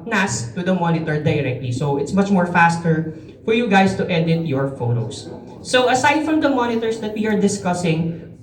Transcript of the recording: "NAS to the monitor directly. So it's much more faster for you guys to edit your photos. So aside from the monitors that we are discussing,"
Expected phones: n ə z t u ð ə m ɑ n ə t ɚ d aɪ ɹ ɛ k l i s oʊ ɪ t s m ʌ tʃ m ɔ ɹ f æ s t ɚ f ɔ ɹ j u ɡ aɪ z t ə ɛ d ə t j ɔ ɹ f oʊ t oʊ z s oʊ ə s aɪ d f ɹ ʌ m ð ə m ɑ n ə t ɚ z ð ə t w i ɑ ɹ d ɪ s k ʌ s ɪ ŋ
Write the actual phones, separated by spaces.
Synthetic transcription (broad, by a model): n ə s t u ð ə m ɑ n ə t ɚ d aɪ ɹ ɛ k l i s oʊ ɪ t s m ʌ tʃ m ɔ ɹ f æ s t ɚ f ɔ ɹ j u ɡ aɪ s t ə ɛ d ə t j ɔ ɹ f oʊ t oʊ s oʊ ə s aɪ d f ɹ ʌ m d ə m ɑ n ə t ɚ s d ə t w i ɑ ɹ d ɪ s k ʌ s ɪ ŋ